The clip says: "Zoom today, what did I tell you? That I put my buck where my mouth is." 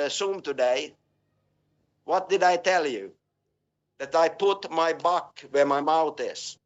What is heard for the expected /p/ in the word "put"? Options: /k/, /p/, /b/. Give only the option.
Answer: /p/